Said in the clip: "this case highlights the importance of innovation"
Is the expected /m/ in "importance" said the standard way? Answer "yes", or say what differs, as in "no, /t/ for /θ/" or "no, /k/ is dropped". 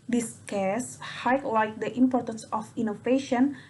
yes